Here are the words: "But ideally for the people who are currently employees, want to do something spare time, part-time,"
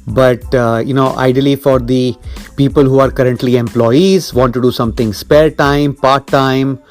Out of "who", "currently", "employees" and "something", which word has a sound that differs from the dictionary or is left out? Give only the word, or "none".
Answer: something